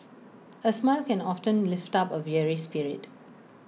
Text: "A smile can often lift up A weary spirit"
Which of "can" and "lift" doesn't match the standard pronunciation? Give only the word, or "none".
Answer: none